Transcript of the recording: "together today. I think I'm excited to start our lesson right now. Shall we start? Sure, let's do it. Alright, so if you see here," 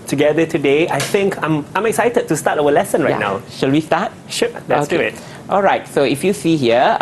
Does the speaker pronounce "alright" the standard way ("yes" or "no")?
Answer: yes